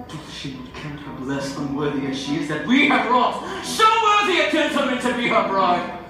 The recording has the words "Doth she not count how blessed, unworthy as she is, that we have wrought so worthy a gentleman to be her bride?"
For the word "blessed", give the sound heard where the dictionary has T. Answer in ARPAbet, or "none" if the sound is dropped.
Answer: none